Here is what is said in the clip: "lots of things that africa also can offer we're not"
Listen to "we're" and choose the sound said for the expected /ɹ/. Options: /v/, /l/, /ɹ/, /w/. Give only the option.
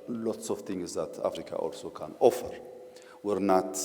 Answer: /ɹ/